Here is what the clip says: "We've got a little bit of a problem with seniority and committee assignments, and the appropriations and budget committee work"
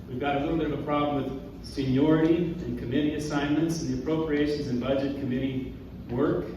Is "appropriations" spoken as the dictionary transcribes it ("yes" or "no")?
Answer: yes